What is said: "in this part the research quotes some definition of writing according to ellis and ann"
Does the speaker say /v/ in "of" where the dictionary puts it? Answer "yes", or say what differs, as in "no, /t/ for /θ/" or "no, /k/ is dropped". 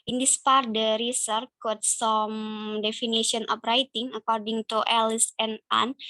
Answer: no, /p/ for /v/